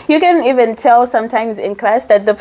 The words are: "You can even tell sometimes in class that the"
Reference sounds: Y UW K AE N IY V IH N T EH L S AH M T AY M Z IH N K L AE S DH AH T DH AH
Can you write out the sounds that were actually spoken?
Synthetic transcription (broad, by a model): Y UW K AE N IY V IH N T EH L S AH M T AY M Z IH N K L AE S DH AH T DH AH